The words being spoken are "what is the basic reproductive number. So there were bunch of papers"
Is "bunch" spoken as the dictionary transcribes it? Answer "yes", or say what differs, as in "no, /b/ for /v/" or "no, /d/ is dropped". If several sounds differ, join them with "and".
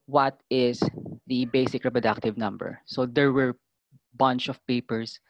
yes